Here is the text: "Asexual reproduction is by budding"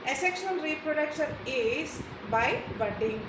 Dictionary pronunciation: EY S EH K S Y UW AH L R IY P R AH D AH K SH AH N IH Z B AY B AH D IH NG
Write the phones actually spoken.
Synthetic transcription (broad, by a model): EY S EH K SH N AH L R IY P R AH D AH K S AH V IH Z B AY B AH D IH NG